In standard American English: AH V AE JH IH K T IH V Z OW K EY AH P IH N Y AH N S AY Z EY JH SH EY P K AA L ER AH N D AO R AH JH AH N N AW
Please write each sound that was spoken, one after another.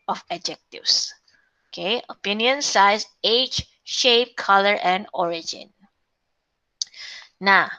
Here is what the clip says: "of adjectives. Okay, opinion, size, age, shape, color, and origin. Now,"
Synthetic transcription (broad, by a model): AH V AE JH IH K T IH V S OW K EY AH P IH N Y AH N S AY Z EY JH SH EY P K AA L ER AH N D AO R AH JH AH N N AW